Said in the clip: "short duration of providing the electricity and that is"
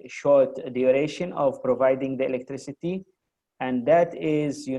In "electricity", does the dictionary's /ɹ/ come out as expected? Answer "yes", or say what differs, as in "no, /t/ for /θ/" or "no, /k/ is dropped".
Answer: yes